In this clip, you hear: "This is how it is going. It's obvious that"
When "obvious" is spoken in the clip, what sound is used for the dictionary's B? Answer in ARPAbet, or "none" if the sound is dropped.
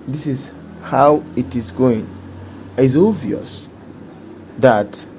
none